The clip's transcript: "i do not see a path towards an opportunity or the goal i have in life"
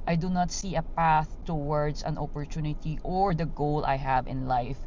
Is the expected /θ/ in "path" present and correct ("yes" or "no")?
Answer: yes